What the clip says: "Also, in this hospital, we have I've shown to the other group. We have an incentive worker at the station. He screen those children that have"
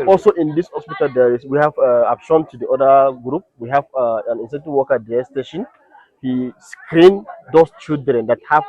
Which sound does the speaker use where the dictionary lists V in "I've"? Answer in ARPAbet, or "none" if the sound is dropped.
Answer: P